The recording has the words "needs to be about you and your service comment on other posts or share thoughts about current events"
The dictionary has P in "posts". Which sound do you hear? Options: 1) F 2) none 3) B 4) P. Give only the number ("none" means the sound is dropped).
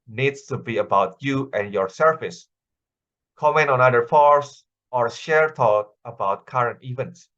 1